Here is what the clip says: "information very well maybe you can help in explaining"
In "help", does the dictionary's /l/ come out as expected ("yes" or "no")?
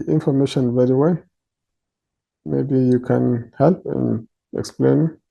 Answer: yes